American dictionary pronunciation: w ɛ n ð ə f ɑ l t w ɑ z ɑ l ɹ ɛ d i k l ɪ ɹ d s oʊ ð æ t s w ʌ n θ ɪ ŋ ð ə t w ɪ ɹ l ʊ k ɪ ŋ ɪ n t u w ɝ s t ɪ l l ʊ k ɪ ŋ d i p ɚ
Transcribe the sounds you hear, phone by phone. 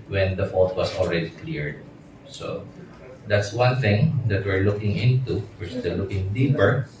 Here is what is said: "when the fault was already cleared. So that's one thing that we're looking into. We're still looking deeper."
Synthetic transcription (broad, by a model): w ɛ n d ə f ɑ l t w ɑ s ɑ l ɹ ɛ d i k l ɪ ɹ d s oʊ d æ t s w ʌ n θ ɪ ŋ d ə t w ɪ ɹ l ʊ k ɪ ŋ ɪ n t u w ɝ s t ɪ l l ʊ k ɪ ŋ d i p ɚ